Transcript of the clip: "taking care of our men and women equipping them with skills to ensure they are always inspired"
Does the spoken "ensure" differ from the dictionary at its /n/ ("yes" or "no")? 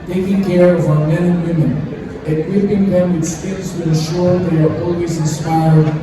yes